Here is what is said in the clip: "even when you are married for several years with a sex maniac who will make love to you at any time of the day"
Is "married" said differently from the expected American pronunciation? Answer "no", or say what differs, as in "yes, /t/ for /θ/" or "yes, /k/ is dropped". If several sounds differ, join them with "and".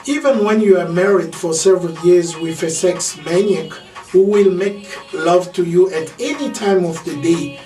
no